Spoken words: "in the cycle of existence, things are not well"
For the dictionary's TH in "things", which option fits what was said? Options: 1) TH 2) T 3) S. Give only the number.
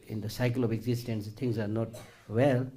2